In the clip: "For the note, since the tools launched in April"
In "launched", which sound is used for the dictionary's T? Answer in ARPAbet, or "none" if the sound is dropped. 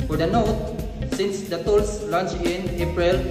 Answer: none